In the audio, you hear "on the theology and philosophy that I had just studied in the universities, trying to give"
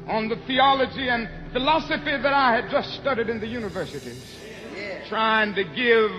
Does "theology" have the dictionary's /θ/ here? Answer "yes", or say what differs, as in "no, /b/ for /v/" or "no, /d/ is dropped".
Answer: yes